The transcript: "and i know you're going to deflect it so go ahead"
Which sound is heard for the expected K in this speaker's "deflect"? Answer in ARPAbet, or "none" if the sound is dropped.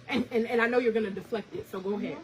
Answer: K